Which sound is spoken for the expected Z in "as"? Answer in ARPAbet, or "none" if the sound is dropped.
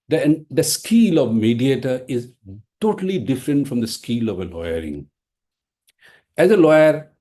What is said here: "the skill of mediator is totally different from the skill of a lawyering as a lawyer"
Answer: Z